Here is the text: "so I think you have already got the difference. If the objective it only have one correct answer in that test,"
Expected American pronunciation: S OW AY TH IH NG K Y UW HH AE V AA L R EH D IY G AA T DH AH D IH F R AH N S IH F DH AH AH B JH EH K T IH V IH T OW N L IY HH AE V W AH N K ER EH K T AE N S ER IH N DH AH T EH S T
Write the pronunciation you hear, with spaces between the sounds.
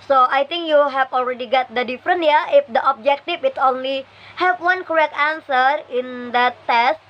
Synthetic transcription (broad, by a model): S OW AY T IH NG K Y UW HH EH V AA L R EH D IY G AA T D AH D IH F R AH N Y IH F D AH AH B JH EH K T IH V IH T OW N L IY HH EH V W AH N K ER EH K T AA N S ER IH N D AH T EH S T